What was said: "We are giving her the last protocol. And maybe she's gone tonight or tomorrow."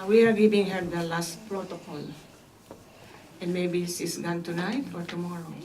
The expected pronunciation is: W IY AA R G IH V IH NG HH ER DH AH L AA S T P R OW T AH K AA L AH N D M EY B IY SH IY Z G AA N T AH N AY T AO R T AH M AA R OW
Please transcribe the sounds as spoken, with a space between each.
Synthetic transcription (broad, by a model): W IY AA R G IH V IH NG HH ER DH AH L AA S T P R OW T AH K AA L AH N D M EY B IY S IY S G AA N T AH N AY T AO R T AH M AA R OW